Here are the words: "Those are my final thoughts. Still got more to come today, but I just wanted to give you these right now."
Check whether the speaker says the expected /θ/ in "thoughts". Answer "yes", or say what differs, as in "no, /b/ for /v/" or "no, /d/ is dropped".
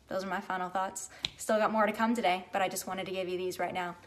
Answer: yes